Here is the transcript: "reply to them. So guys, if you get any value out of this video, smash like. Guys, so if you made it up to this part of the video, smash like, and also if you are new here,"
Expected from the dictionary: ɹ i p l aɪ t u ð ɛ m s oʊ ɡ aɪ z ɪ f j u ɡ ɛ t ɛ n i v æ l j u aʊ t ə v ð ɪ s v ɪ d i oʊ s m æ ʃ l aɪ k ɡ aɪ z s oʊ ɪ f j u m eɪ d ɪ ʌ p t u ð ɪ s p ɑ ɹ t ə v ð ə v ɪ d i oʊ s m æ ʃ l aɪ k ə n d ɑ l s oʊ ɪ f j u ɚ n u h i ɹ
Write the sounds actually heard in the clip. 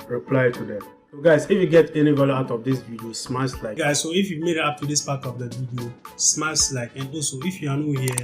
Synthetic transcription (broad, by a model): ɹ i p l aɪ t u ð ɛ m s oʊ ɡ aɪ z ɪ f j u ɡ ɛ t ɛ n i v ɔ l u aʊ t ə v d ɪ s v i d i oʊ s m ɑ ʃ l aɪ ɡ aɪ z s oʊ ɪ f j u m eɪ d ɪ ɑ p t u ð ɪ s p ɑ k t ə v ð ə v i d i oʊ s m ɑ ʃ l aɪ k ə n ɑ s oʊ ɪ f j u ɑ n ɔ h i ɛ